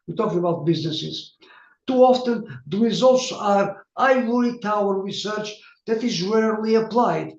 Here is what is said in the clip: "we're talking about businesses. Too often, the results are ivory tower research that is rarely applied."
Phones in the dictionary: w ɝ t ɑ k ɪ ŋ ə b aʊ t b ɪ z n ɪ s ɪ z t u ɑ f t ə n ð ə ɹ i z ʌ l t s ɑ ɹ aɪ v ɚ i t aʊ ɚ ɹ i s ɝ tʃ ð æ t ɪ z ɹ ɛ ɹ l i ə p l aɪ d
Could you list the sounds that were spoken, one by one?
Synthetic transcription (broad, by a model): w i t ɑ k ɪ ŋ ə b aʊ t b ɪ z n ɪ s ɪ z t u ɑ f t ə n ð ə ɹ i z ʌ l t s ɑ ɹ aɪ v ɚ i t aʊ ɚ ɹ i s ɝ tʃ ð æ t ɪ z ɹ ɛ l i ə p l aɪ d